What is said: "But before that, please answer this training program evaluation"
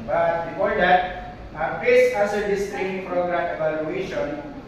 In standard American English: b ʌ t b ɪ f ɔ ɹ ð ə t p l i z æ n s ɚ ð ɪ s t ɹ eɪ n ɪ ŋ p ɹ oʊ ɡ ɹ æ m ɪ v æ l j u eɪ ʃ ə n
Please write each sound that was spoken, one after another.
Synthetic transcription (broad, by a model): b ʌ t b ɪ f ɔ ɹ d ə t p ɛ s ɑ s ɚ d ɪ s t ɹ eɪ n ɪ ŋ p ɹ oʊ ɡ ɹ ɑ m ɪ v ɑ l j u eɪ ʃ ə n